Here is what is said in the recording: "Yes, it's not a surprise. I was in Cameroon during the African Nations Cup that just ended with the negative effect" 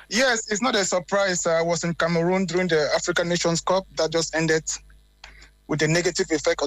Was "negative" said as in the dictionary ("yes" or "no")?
yes